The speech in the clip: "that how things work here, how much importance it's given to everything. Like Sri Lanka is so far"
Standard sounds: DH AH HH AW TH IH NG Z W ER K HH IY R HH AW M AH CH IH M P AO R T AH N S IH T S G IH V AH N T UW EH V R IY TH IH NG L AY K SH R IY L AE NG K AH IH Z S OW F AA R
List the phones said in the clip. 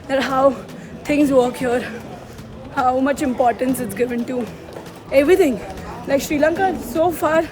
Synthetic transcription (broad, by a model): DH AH HH AW T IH NG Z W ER K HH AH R HH AW M AH CH IH M P AO R T AH N S IH T S G IH V AH N T UW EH V R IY T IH NG L AY K SH R IY L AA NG K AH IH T S OW F AA R